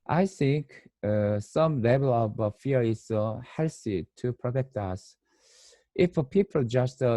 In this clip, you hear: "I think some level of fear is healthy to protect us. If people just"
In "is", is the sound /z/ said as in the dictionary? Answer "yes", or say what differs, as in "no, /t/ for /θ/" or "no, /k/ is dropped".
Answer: no, /s/ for /z/